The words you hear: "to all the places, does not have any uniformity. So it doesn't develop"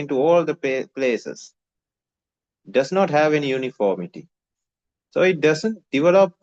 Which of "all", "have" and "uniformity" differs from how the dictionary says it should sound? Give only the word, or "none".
none